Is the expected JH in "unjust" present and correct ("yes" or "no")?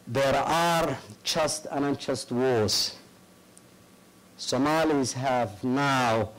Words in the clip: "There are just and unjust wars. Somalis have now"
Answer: no